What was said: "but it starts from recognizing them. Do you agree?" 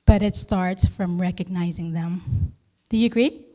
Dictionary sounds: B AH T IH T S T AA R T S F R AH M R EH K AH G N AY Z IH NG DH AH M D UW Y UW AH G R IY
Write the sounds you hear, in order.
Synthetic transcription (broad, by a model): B AH T IH T S T AA R T S F R AH M R EH K AH G N AY Z IH NG DH AH M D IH Y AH G R IY